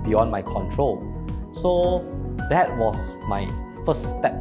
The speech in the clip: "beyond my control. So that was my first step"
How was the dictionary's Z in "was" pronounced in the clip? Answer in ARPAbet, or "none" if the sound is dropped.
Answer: S